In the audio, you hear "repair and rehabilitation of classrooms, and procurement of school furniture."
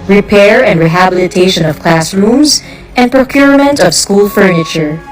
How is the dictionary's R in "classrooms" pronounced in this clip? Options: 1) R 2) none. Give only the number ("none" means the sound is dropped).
1